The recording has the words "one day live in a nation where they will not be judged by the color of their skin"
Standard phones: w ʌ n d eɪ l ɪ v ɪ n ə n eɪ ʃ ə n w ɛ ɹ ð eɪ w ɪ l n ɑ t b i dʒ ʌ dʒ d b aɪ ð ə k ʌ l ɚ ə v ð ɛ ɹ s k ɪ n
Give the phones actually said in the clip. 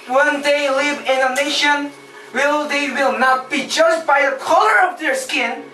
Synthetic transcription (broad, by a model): w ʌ n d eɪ l ɪ v ɪ n ə n eɪ ʃ ə n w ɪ l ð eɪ w ɪ l n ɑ t b i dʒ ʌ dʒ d b aɪ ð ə k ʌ l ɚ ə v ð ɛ ɹ s k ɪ n